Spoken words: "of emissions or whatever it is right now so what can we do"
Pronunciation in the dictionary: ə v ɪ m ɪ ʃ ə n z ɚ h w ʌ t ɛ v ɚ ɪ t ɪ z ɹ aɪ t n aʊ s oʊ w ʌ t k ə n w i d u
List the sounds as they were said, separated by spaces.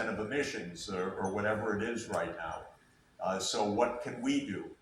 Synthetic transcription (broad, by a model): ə v ɪ m ɪ ʃ ə n z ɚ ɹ w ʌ t ɛ v ɚ ɪ t ɪ z ɹ aɪ t n aʊ s oʊ w ʌ t k ə n w i d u